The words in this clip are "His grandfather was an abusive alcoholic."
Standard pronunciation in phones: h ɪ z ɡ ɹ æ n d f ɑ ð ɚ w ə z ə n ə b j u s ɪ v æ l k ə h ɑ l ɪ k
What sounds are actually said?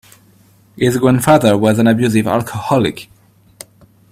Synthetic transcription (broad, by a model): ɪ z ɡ w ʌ n f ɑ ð ɚ w ə z ə n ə b j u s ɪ v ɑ l k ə h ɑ l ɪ k